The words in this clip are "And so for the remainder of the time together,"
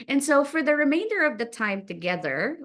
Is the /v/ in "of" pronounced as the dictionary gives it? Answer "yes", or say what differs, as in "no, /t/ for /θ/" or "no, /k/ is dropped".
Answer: yes